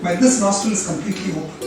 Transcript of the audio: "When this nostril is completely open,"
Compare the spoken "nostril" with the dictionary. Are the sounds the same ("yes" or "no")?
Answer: no